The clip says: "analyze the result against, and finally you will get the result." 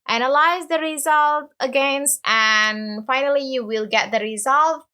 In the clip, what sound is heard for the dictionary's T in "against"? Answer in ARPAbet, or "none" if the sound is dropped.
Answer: T